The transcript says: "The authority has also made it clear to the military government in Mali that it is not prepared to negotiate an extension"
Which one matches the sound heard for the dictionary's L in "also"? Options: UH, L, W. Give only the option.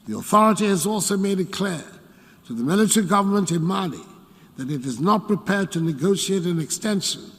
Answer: L